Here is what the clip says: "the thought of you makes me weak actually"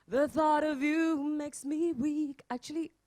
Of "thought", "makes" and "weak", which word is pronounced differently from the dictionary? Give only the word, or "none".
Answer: none